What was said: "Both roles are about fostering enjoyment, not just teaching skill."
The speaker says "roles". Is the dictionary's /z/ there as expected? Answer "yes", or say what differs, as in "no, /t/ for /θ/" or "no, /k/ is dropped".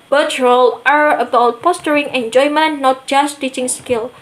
no, /z/ is dropped